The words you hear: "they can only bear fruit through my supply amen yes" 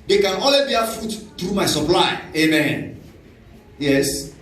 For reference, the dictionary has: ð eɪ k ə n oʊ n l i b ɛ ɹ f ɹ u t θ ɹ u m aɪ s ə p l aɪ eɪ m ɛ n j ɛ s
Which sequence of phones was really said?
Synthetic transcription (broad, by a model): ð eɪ k ə n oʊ l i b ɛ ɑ f u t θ ɹ u m aɪ s ə p l aɪ eɪ m ɛ n j ɛ s